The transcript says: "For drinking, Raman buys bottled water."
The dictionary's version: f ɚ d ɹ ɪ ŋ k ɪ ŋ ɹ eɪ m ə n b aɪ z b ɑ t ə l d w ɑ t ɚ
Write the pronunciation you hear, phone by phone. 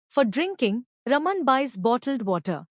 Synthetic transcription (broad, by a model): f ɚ d ɹ ɪ ŋ k ɪ ŋ ɹ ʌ m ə n b aɪ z b ɑ t ə l d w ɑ t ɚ